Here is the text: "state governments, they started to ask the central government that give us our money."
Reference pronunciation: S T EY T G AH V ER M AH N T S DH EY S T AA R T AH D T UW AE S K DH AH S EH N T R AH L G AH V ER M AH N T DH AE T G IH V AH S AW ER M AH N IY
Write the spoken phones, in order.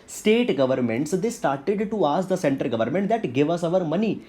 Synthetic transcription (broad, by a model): S T EY T G AH V ER M AH N T S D EY S T AA R T AH D T UW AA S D AH S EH N T AH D G AH V ER M AH N T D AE T G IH V AH S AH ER M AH N IY